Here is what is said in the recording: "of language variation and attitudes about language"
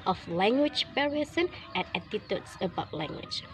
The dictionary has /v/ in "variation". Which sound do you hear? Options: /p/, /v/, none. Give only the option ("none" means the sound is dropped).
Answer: /p/